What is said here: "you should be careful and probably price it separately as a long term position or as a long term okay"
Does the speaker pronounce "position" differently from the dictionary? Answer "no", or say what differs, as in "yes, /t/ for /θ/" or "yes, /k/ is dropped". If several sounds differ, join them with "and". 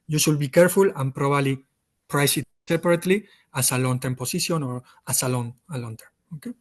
yes, /s/ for /z/